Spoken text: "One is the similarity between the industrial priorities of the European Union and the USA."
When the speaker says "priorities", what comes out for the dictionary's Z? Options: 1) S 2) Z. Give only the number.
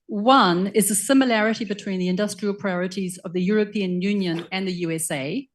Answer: 2